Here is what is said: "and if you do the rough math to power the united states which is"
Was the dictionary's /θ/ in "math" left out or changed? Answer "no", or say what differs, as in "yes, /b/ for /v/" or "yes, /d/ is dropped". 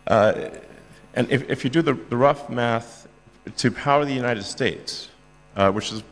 no